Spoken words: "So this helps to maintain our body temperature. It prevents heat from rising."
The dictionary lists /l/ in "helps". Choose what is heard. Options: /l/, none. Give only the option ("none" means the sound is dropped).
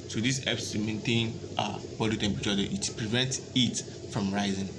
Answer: none